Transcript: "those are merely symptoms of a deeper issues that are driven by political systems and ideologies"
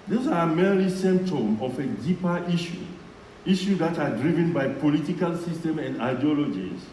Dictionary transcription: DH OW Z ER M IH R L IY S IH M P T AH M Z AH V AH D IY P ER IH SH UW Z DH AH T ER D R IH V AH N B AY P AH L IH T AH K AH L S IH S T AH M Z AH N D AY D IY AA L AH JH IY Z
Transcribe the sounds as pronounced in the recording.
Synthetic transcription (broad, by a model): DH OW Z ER M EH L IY S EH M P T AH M AH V AH D IY P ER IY SH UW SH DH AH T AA D R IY V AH N B AY P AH L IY T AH K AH L S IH S T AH M AH N D AY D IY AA L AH JH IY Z